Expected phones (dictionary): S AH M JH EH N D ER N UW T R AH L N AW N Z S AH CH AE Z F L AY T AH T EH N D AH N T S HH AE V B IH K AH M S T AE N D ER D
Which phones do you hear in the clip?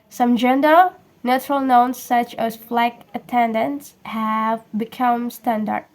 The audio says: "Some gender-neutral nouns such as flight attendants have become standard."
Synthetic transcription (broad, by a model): S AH M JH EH N D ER N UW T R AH L N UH N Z S AH CH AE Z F L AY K AH T EH N D AH N T S HH AE V B IH K AH M S T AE N D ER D